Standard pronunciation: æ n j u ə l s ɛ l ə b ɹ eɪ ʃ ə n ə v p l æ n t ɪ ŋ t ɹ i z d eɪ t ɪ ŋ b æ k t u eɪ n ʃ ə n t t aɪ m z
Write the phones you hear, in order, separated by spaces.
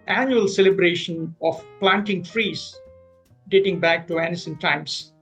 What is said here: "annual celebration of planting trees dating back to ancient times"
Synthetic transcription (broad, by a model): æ n j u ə l s ɛ l ə b ɹ eɪ ʃ ə n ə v p l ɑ n t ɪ ŋ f ɹ i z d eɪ t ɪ ŋ b æ k t u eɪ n s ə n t t aɪ m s